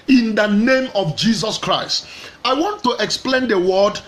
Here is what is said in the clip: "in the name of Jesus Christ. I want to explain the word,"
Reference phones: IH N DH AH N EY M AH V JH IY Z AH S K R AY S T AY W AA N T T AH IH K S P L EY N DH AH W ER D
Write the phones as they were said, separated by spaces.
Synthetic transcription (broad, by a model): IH N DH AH N EY M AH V JH IY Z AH S K R AY S T AY W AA N T T AH K S P L EY N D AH W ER D